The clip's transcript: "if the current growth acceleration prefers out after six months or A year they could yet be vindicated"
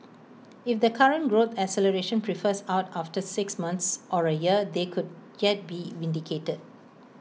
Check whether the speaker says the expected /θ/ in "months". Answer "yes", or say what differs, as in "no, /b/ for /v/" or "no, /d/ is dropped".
no, /t/ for /θ/